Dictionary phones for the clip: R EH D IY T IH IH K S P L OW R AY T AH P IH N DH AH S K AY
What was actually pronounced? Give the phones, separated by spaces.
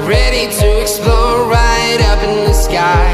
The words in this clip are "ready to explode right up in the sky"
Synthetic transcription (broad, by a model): R EH D IY T IH IH K S P L OW R AY T AH P IH N DH AH S K AY